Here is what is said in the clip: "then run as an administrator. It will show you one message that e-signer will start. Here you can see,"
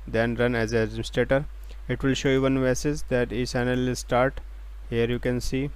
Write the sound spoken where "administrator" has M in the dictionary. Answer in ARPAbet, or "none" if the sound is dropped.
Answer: none